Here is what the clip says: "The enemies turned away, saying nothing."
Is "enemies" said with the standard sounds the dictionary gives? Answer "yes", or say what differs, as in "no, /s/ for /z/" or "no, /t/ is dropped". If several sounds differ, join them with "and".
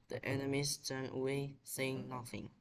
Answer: no, /s/ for /z/